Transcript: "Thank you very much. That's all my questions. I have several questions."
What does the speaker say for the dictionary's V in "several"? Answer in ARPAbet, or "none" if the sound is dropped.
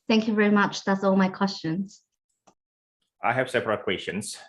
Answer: P